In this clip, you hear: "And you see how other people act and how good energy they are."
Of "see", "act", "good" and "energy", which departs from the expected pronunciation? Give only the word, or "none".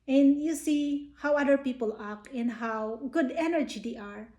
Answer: act